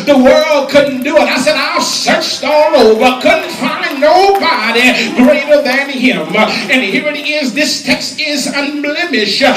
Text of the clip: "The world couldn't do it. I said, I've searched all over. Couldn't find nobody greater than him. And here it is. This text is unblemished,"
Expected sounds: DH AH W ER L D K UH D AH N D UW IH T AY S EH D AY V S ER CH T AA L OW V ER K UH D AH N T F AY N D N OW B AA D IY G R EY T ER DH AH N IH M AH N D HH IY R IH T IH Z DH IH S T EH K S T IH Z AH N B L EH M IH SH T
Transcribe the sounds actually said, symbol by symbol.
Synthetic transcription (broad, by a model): DH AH W ER L D K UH D N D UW IH T AY S EH D AY S ER CH T AA L OW V ER K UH D N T F AY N N OW B AA D IY G R EY T ER DH AH N IH M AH N HH IY R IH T IH Z DH IH S T EH K S T IH Z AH N B L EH M IH SH